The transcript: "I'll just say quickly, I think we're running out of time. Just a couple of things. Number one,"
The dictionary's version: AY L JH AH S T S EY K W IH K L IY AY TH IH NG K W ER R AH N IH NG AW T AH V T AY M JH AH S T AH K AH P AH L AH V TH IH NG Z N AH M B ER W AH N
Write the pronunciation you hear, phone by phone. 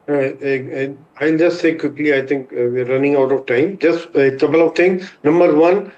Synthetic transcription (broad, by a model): AY L JH AH S T S EY K W IH K L IY AY T IH NG K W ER R AH N IH NG AW T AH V T AY M JH AH S T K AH B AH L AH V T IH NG N AH M B ER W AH N